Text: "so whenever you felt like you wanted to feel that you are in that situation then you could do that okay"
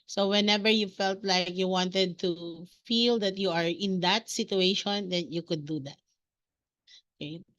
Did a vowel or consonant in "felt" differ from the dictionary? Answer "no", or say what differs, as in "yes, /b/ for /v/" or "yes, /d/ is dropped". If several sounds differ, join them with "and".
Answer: no